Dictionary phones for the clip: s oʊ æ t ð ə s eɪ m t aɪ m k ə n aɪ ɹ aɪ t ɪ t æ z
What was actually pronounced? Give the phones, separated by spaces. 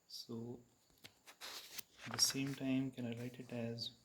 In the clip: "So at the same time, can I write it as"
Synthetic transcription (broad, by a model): s oʊ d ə s eɪ m t aɪ m k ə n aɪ l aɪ t ɪ t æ z